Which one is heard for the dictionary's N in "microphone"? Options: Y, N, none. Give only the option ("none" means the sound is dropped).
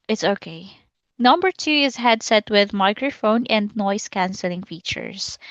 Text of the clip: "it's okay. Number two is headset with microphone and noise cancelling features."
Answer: N